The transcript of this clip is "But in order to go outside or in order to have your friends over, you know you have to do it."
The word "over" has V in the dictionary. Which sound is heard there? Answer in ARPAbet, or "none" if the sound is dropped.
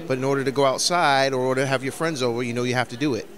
V